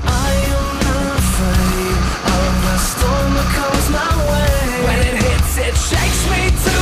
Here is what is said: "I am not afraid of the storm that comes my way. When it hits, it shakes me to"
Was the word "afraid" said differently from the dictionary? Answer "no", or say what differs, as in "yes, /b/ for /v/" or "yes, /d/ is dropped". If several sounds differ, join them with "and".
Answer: yes, /d/ is dropped